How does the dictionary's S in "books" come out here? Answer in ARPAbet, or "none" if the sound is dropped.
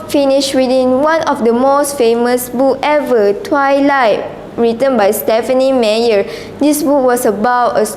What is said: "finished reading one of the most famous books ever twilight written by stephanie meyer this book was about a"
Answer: none